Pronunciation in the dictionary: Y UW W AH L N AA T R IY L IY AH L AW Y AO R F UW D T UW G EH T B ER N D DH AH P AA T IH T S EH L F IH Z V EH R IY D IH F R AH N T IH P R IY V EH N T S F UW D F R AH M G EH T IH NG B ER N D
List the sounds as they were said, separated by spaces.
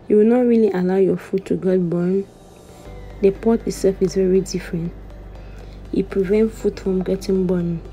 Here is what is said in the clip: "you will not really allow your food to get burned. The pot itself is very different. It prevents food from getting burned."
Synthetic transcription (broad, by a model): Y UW W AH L N AA T R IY L IY AH L AW Y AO F UW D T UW G EH T B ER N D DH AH P AA T IH T S EH L F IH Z V EH R IY D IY F R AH N T IH P R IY V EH N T F UW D F R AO M G EH T IH NG B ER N